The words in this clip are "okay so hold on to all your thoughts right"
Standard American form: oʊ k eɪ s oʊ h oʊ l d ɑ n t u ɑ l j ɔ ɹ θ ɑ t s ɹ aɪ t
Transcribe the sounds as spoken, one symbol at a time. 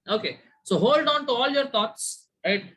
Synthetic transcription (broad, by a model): oʊ k eɪ s oʊ h oʊ l d ɑ n t u ɑ l j ɔ ɹ t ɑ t s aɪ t